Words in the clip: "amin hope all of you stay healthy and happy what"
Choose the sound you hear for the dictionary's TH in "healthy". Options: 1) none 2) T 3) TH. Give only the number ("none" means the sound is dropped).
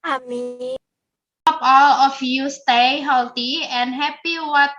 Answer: 2